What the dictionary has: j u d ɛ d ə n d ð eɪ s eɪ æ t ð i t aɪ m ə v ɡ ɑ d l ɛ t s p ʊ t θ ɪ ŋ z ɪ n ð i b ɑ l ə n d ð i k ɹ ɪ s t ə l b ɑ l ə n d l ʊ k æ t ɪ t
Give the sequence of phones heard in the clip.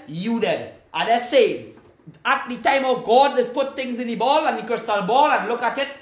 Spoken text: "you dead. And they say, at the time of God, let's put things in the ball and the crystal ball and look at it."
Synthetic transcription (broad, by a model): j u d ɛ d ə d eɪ s eɪ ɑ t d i t aɪ m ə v ɡ ɑ d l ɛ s p ʊ t t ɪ ŋ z ɪ n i b ɑ l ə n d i k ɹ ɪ s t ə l b ɑ l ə n l ʊ k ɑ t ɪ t